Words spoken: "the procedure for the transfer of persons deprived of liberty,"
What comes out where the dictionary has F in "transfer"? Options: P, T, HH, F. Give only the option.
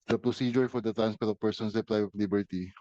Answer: P